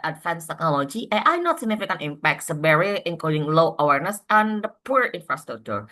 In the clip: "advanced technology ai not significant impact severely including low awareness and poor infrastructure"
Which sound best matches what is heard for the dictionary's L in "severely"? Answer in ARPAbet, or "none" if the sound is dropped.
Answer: none